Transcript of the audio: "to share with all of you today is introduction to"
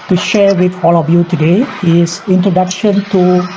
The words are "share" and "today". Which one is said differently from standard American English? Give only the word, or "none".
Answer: none